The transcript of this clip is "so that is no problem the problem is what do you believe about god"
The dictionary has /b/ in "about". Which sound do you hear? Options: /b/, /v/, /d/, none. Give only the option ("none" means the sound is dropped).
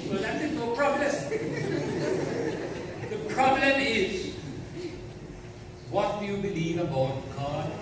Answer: /b/